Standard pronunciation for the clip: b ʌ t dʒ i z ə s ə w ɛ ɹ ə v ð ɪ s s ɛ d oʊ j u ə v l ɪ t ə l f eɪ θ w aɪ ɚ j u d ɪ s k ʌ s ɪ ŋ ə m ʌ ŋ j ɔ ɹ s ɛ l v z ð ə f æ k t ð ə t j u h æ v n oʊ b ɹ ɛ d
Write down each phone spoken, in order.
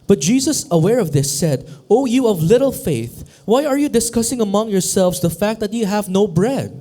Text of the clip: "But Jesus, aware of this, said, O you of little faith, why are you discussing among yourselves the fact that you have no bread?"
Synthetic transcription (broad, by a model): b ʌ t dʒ i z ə s ə w ɛ ɹ ə v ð ɪ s s ɛ d oʊ j u ə v l ɪ t l f eɪ θ w aɪ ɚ j u d ɪ s k ʌ s ɪ ŋ ə m ʌ ŋ j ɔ ɹ s ɛ l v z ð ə f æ k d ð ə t j u h æ v n oʊ b ɹ ɛ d